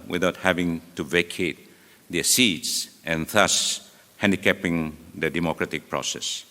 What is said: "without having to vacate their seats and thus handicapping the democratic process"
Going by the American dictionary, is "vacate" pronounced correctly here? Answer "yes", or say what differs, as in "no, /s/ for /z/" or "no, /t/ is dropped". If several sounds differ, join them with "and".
yes